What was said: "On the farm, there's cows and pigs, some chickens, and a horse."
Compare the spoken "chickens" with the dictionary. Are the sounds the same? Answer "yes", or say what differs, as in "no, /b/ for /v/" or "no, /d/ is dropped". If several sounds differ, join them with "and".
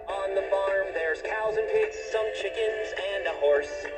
yes